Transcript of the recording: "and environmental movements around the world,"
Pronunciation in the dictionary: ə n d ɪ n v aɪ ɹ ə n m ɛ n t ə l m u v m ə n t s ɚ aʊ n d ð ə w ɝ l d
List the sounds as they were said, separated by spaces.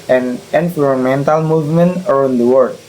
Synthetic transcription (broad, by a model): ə n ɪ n p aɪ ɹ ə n m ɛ n t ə l m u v m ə n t ɚ aʊ n d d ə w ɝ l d